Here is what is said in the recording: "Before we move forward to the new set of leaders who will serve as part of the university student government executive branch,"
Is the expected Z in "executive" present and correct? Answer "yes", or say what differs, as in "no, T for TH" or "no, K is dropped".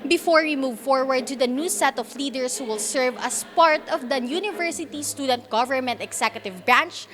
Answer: no, S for Z